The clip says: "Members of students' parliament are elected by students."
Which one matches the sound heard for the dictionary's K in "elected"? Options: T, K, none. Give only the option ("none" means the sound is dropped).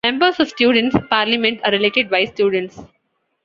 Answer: none